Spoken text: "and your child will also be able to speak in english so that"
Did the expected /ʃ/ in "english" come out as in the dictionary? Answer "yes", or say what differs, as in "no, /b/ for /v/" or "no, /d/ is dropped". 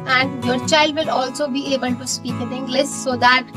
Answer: no, /s/ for /ʃ/